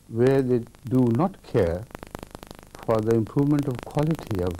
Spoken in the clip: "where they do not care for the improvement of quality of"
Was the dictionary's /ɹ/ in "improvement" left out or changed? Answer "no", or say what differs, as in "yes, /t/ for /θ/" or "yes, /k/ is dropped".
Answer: no